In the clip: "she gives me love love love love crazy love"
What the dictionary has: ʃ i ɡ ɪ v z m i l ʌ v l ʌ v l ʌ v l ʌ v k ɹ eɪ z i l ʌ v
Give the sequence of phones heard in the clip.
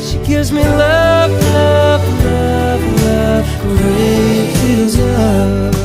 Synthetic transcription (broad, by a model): ʃ i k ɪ z m i l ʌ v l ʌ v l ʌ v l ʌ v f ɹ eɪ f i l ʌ